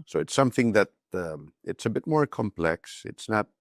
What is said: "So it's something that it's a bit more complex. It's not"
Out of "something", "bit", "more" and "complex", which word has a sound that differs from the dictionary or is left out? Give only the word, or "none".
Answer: none